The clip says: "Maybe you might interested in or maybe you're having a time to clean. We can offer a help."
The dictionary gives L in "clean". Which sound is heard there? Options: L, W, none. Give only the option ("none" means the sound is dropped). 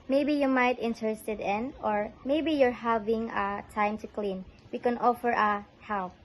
L